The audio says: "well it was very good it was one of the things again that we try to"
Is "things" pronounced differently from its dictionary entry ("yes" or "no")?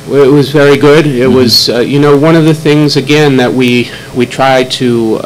no